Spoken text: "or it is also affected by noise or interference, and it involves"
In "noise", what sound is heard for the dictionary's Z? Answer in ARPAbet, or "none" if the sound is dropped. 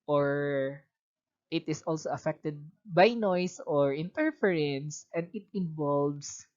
S